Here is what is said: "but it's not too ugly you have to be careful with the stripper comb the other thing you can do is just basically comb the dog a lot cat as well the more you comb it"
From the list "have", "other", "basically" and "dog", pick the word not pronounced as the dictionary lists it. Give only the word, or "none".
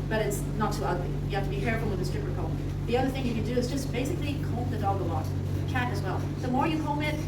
have